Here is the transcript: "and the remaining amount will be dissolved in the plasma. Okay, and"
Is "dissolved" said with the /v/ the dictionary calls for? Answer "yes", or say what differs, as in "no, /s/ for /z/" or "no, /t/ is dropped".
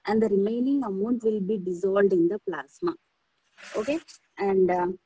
no, /v/ is dropped